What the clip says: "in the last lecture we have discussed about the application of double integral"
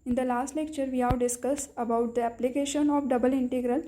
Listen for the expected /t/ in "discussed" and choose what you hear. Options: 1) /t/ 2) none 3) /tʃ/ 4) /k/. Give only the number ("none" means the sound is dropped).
2